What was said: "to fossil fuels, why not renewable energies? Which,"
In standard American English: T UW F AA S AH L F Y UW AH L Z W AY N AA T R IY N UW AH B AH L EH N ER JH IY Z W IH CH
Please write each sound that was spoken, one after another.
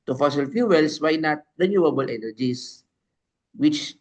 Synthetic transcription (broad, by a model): T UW F AA S AH L F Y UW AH L S W AY N AA T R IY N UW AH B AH L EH N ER JH IY S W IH CH